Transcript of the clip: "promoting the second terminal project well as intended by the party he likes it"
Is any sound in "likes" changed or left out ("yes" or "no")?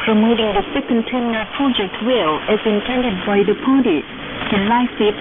yes